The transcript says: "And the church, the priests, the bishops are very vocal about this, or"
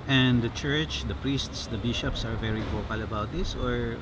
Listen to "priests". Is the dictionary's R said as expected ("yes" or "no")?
yes